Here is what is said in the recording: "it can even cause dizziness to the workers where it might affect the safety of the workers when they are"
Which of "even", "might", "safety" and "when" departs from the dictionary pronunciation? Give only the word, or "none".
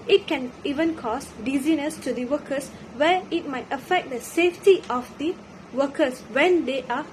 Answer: none